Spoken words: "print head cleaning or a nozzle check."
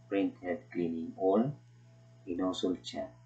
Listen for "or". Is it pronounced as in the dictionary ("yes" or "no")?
no